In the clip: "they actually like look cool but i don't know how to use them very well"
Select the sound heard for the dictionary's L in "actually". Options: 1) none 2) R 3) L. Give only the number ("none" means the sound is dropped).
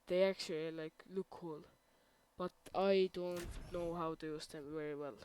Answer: 3